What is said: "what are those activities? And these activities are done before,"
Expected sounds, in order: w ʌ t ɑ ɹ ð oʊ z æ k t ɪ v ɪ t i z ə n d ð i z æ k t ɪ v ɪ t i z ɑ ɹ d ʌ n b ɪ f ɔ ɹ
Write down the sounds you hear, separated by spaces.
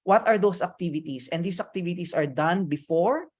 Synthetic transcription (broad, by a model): w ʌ t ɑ ɹ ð oʊ s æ k t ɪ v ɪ t i s ə n d i s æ k t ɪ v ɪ t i s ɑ ɹ d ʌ n b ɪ f ɔ ɹ